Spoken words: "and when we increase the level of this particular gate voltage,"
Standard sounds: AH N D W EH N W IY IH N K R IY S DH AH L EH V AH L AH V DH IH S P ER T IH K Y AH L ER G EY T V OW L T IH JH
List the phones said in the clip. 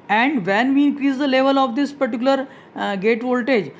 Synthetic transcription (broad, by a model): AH N D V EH N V IY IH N K R IY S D AH L EH V AH L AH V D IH S P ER T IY K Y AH L ER G EY T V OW L T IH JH